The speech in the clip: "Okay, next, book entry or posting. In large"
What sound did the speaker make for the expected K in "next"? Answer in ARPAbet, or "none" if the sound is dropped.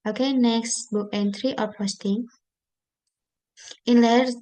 K